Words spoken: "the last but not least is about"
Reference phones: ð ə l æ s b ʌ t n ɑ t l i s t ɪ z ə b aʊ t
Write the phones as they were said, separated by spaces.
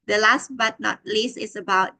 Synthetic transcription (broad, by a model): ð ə l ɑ s b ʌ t n ɑ t l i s ɪ s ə b aʊ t